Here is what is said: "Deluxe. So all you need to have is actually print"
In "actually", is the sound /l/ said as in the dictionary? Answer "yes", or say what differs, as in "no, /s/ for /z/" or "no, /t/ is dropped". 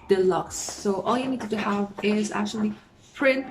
yes